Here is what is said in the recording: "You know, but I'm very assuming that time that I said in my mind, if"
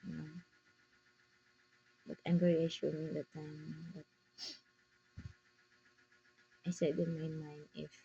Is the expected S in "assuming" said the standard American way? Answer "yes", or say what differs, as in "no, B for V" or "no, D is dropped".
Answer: no, SH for S